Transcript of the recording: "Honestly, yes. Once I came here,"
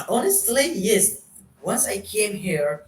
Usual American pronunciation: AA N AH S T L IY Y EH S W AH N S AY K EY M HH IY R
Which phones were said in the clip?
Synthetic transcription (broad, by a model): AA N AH S T L IY Y EH S W AH N S AY K EY M HH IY R